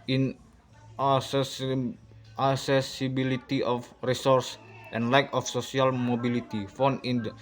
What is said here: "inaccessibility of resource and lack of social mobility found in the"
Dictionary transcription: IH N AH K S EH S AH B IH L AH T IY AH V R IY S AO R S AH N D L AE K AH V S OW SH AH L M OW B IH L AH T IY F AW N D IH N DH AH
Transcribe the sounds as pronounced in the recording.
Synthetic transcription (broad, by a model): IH N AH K S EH S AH B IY L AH T IY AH F R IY S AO R S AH N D L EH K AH F S OW S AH L M OW B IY L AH T IY F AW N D IH N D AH